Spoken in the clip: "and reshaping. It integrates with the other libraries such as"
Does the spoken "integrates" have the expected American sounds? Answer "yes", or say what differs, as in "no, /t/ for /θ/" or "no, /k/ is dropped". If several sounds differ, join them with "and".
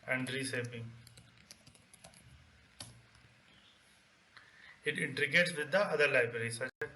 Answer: no, /ɹ/ is dropped